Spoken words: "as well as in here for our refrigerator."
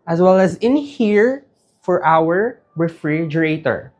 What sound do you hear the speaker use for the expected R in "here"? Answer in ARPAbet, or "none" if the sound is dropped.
R